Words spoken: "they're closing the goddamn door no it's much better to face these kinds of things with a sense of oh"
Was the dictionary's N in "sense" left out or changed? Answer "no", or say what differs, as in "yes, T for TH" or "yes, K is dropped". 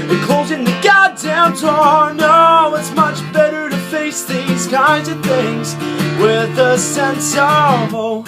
no